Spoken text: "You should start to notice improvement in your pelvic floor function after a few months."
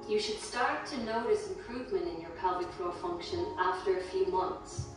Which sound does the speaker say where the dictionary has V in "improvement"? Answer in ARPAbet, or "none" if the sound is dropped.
V